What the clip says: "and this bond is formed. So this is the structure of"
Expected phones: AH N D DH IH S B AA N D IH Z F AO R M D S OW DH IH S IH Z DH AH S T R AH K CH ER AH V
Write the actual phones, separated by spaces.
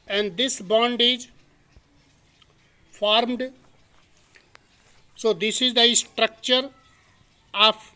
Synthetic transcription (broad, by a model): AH N D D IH S B AA N D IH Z F AO R M D S OW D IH S IH Z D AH S T R AH K CH ER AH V